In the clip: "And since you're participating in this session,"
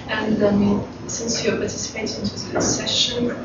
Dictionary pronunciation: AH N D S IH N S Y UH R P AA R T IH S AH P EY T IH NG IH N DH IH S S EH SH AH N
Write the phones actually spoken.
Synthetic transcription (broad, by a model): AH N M S IH N S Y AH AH P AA T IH S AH P EY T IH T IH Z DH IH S S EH SH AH N